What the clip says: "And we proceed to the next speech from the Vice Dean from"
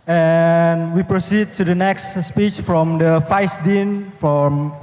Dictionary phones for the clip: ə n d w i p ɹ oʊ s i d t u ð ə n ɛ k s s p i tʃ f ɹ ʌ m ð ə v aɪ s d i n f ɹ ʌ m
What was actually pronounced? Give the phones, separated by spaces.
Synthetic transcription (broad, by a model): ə n w i p ɹ oʊ s i d t u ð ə n ɛ k s s p i tʃ f ɹ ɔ m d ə f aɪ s d i n f ɹ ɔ m